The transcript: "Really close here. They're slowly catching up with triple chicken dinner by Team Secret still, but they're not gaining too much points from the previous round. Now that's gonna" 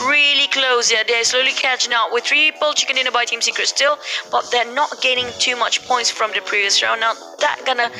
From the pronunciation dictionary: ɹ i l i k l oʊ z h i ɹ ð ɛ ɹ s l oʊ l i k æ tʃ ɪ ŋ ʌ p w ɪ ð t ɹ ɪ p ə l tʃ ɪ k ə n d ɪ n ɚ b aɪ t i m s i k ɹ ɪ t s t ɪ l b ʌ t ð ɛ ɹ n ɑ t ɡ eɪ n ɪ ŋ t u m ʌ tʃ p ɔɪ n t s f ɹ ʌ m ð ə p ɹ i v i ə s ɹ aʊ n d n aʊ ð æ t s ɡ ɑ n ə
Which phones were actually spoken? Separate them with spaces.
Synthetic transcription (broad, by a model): ɹ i l i k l oʊ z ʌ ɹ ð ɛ s l oʊ l i k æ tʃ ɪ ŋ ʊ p w ɪ ð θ ɹ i b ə l tʃ ɪ k ə n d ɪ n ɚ b aɪ t i m s i k ɹ ɪ t s t ɪ l b ʌ t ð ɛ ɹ n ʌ t ɡ eɪ n ɪ ŋ t u m ʌ tʃ p ɔɪ n t s f ɹ ʌ m ð ə p ɹ i v i ə s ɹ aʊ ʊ n aʊ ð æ t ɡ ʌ n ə